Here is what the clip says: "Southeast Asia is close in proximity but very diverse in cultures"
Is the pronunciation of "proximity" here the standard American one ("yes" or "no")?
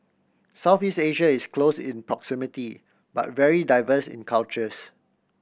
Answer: yes